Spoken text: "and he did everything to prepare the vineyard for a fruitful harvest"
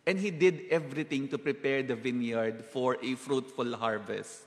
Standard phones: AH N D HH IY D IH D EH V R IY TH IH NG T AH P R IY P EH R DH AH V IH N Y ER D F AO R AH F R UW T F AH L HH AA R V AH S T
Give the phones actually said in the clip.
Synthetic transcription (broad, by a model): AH N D HH IY D IH D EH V R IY T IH NG T AH P R IY P EH R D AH V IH N Y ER D F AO R AH F R UW T F AH L HH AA R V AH S T